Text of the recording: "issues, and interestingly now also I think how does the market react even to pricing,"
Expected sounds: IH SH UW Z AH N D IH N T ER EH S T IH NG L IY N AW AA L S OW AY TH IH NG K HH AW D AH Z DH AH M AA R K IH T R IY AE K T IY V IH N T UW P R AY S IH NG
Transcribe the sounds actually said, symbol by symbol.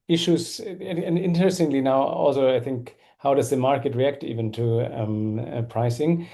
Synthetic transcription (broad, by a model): IH SH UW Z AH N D IH N T ER EH S T IH NG L IY N AW AA L S OW AY TH IH NG K HH AW D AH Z DH AH M AA R K IH T R IY AE K T IY V IH N T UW P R AY S IH NG